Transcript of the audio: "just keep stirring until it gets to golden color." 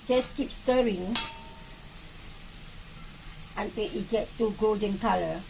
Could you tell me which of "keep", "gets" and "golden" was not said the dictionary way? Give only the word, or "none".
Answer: none